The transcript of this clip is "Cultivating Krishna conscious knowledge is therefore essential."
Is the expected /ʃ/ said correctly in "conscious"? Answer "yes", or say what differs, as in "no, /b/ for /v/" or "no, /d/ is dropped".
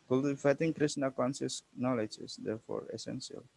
no, /s/ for /ʃ/